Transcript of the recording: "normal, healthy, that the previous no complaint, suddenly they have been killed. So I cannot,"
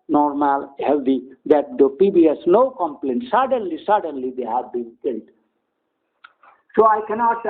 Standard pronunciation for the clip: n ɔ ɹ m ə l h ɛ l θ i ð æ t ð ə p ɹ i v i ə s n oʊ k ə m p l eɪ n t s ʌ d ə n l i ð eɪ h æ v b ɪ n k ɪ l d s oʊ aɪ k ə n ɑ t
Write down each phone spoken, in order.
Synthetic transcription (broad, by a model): n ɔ ɹ m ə l h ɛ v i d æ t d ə p i b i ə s n oʊ k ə m p l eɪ n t s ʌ d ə n l i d eɪ h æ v b ɪ n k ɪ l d s oʊ aɪ k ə n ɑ t